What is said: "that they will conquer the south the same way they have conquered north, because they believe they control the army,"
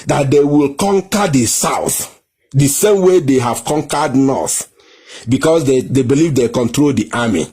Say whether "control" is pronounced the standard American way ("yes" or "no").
yes